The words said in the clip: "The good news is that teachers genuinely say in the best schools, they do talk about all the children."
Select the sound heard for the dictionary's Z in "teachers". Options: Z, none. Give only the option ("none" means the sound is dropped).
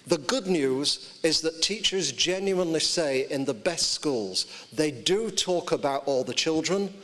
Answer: Z